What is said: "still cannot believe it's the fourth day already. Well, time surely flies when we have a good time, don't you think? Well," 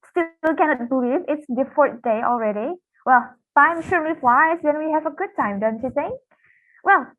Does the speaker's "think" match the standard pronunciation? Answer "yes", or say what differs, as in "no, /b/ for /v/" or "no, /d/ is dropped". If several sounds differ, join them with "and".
no, /s/ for /θ/